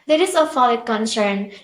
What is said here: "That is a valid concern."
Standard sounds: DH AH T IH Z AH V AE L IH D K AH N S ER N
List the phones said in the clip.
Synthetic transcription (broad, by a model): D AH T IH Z AH F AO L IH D K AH N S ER N